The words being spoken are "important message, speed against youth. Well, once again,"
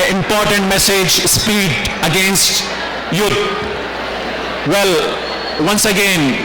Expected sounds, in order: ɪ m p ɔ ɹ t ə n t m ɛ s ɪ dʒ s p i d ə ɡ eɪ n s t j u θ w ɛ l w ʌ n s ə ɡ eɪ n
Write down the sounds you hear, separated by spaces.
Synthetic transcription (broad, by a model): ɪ m p ɔ ɹ t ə n t m ɛ s ɪ dʒ s p i d ə ɡ eɪ n s t j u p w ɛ l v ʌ n s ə ɡ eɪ n